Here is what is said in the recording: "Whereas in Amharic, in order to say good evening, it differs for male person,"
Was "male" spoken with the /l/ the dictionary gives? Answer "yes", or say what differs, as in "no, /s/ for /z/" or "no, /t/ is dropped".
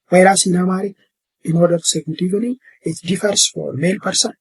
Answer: yes